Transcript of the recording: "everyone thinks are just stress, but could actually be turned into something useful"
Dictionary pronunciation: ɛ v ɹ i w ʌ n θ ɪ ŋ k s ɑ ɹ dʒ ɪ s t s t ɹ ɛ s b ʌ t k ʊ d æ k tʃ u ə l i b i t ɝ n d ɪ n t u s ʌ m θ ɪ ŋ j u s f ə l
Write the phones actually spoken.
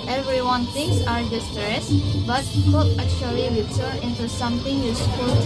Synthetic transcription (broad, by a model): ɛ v ɹ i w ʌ n t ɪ ŋ s ɑ ɹ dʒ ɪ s s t ɹ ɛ s b ʌ t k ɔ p æ k tʃ u ə l i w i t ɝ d ɪ n t u s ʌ m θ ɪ ŋ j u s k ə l